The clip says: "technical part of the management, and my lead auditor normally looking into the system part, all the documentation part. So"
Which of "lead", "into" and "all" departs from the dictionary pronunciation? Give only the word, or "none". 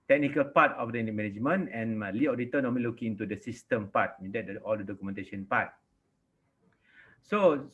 lead